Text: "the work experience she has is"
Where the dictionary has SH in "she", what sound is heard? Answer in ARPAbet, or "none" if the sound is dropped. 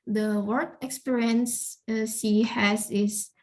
S